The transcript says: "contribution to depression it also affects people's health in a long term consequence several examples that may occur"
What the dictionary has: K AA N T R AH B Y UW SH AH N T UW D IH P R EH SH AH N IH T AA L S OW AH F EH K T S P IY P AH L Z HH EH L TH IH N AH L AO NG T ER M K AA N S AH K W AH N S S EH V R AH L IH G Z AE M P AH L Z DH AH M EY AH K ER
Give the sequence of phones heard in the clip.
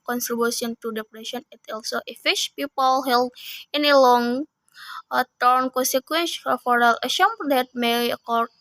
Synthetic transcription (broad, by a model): K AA N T R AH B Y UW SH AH N T UW D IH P R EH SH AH N IH T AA L S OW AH F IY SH P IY P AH L HH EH L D IH N AH L AO NG T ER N K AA N S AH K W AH N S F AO R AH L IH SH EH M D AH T M EY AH K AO